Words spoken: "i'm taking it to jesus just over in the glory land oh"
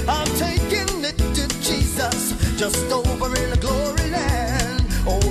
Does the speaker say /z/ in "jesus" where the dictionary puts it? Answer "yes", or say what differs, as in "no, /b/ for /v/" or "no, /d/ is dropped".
yes